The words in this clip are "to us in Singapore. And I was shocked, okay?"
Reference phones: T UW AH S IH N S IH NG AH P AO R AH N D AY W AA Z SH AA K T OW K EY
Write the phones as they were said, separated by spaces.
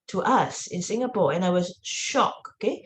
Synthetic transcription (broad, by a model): T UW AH S IH N S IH NG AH P AO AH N AY W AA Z SH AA K OW K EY